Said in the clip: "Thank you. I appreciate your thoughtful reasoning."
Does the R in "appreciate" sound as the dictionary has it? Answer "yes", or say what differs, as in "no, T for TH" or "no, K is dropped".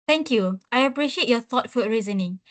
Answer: yes